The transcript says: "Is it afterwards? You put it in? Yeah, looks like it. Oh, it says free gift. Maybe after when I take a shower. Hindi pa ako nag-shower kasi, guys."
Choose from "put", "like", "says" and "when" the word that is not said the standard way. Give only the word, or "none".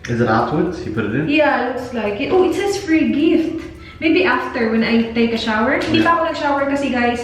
says